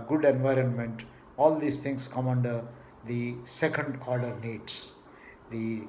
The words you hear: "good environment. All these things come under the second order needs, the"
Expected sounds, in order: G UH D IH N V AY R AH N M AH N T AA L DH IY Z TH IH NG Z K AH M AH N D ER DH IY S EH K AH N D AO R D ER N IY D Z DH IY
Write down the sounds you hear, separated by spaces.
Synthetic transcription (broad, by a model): G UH D IH N V AY R AH N M AH N T AA L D IY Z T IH NG S K AH M AH N D ER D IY S EH K AH N D AO R D ER N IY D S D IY